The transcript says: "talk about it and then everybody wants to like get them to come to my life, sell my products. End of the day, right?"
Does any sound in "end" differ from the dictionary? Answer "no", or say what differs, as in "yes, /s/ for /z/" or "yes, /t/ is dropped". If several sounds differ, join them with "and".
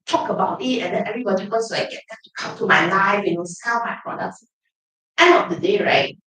yes, /d/ is dropped